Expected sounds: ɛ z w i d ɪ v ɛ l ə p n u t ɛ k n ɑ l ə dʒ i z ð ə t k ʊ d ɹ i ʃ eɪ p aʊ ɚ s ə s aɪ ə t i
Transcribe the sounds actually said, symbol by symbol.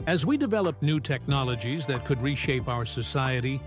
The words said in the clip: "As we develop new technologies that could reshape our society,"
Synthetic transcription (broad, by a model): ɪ z w i d ɪ v ɛ l ə p n u t ɛ k n ɑ l ə dʒ i z ð ə t k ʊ d ɹ i ʃ eɪ p aʊ ɚ s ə s aɪ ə t i